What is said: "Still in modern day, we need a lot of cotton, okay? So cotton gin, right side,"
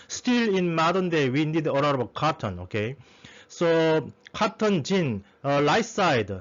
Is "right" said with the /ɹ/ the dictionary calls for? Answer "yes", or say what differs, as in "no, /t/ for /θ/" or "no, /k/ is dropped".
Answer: no, /l/ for /ɹ/